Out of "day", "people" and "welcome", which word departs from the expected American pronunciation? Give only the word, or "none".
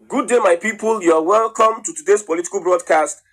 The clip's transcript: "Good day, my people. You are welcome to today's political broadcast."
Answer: none